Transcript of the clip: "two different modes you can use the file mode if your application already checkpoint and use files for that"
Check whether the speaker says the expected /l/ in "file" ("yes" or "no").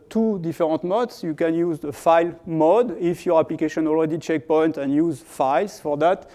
yes